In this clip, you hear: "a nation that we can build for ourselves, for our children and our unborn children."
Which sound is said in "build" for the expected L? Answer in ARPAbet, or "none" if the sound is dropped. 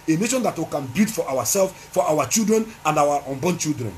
none